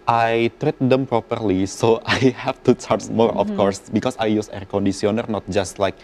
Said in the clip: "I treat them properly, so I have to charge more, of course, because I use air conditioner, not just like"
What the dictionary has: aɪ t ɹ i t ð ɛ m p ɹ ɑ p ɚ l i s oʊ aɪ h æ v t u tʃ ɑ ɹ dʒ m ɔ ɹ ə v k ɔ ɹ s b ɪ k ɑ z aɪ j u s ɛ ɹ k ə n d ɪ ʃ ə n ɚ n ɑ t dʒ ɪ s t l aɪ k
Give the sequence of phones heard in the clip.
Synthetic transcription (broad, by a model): aɪ t ɹ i t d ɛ m p ɹ ɑ p ɚ l i s oʊ aɪ h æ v t u tʃ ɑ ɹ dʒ m ɔ ɹ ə f k ɔ ɹ s b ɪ k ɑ s aɪ j u s ɛ ɹ k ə n d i s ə n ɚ n ɑ t dʒ ɪ s t l aɪ k